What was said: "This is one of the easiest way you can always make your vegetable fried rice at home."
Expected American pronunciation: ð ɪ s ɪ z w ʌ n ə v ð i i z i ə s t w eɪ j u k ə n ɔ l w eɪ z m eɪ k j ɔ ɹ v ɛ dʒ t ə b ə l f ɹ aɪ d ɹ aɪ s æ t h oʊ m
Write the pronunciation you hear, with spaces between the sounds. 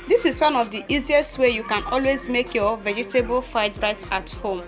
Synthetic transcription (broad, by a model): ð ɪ s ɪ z w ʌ n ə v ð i i z i ə s t w eɪ j u k ə n ɔ l w eɪ z m eɪ k j ɔ v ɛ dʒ t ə b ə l f aɪ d ɹ aɪ s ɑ t h oʊ m